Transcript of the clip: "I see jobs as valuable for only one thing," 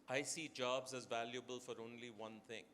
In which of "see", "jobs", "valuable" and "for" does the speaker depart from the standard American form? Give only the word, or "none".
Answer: none